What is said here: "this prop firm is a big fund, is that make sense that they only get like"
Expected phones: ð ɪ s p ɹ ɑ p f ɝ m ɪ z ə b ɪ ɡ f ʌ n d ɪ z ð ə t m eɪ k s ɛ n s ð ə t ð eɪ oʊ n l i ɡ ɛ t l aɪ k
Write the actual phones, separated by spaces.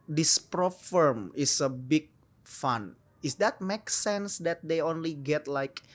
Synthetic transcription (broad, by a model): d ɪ s p ɹ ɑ f ɝ m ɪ s ə b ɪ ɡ f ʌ n ɪ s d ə t m eɪ k s ɛ n s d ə t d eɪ oʊ n l i ɡ ɛ t l aɪ k